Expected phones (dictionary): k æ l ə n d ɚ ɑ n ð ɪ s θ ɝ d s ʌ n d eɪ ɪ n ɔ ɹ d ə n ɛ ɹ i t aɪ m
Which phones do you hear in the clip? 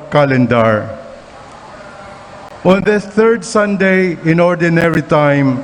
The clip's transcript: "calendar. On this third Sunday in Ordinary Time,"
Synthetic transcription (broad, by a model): k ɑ l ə n d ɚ ɑ n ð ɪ θ ɝ d s ʌ n d eɪ ɪ n ɔ ɹ d ə n ɛ ɹ i t aɪ m